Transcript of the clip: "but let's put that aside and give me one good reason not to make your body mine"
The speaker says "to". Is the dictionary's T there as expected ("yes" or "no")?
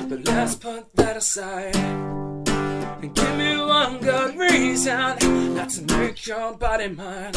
no